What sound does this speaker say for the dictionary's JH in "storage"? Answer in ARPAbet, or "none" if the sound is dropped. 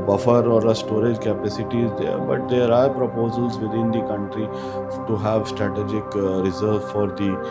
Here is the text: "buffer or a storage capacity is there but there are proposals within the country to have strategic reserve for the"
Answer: JH